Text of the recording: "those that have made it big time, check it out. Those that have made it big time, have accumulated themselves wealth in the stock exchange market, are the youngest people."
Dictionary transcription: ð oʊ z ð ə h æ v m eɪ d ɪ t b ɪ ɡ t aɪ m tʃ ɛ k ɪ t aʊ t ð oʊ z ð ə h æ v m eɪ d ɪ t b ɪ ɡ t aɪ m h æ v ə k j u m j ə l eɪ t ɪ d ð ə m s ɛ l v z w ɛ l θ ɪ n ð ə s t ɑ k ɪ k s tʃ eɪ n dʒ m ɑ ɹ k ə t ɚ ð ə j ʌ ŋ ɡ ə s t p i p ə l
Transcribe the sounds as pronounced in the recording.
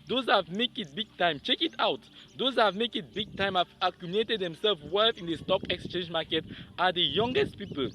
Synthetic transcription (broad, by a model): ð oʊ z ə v m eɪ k ɪ t b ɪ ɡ t aɪ m tʃ ɛ k ɪ t aʊ t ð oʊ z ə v m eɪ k ɪ t b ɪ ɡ t aɪ m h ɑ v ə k j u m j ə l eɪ t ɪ d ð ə m s ɛ l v w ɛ θ ɪ n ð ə s t ɑ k ɪ k s tʃ eɪ n dʒ m ɑ k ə t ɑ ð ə j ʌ ŋ ɡ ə s t p i p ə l